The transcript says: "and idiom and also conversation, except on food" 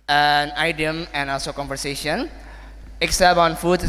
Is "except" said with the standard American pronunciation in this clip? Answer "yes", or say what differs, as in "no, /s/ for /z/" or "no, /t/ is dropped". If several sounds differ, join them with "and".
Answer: no, /t/ is dropped